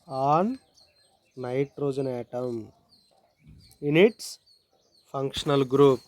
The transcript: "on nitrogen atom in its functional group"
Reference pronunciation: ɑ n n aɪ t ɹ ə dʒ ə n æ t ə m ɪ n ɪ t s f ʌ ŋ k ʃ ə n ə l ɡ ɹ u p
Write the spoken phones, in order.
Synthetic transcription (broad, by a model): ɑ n n aɪ t ɹ ə dʒ ə n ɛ t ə m ɪ n ɪ t s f ʌ ŋ k ʃ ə n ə l ɡ ɹ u p